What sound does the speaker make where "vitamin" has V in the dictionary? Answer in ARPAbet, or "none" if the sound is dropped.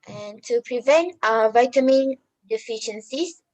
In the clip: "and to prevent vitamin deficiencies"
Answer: V